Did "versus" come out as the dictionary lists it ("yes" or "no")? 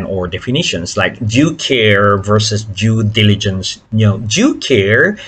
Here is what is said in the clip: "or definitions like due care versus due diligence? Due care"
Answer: yes